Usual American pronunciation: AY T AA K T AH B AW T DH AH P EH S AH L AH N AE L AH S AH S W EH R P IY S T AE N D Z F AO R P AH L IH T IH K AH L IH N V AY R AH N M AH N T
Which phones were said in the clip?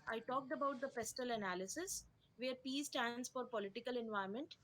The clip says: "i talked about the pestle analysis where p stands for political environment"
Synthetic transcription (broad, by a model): AY T AA K T AH B AW T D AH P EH S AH L AH N AE L AH S AH S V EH R P IY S T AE N D S F AO R P AH L IH T IH K AH L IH N V AY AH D M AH N T